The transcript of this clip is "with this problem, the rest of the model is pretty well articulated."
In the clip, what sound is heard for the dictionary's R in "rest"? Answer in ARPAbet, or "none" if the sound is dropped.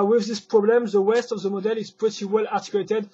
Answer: W